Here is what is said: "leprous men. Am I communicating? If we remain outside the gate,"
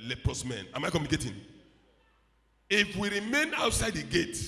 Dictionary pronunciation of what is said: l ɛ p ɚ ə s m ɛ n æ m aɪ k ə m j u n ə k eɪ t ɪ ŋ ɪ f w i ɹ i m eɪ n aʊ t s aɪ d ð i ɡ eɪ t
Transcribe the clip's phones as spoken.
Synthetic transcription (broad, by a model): l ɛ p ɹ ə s m ɛ n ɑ m aɪ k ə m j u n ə k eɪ t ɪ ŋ ɪ f w i ɹ i m eɪ n aʊ t s aɪ d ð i ɡ eɪ t